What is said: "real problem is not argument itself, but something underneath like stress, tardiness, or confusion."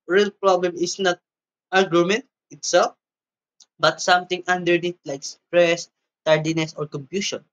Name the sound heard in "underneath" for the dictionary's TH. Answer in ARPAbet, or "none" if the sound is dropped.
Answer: T